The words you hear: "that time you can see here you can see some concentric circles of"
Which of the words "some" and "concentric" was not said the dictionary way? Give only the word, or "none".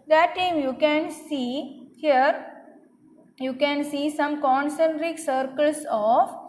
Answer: none